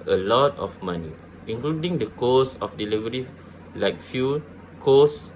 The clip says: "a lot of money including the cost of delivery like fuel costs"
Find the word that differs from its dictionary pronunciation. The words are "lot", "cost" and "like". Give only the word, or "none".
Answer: cost